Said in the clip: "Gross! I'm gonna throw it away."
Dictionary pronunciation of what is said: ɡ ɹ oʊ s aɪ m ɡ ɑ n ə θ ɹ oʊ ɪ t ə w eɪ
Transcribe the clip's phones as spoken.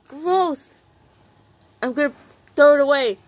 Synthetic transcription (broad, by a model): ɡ ɹ oʊ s aɪ m ɡ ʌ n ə t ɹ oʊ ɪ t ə w eɪ